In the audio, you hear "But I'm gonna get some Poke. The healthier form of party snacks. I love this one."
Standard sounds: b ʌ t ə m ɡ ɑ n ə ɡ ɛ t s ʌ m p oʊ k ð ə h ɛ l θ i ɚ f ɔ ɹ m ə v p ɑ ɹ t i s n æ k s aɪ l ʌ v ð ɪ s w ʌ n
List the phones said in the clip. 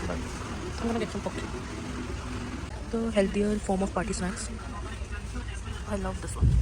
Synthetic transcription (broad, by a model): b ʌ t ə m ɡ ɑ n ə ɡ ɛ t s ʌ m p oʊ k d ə h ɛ l t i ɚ f ɔ ɹ m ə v p ɑ ɹ t i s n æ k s aɪ l ʌ v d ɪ s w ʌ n